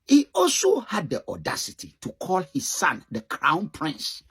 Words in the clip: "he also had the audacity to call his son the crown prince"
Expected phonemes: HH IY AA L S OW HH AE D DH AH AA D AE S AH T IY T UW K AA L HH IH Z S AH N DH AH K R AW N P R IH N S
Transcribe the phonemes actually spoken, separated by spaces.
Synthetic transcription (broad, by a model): HH IY AA L S OW HH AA D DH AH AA D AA S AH T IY T UW K AA L HH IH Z S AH N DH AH K R AW N P R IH N S